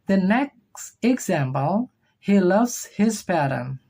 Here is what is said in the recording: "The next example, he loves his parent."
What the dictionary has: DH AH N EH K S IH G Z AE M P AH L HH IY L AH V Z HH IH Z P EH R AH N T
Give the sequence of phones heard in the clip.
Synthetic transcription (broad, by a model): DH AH N EH K S IH G Z AE M P AH L HH IY L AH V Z HH IH Z P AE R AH N